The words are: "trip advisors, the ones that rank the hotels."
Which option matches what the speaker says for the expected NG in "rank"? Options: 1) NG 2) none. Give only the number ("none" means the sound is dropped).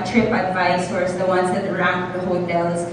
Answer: 2